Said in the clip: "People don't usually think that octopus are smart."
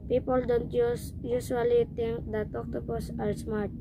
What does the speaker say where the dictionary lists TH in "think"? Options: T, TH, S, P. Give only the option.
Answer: T